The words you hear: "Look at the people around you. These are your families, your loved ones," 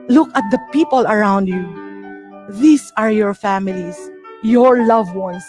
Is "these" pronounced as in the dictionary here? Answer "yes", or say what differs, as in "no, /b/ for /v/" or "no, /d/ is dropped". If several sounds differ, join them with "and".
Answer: no, /s/ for /z/